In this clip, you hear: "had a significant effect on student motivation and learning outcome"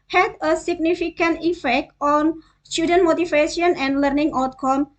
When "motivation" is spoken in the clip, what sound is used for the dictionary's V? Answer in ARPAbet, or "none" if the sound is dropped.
F